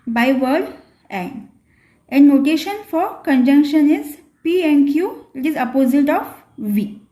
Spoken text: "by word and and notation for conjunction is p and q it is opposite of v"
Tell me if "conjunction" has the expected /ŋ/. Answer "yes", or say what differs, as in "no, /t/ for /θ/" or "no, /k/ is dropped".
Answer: yes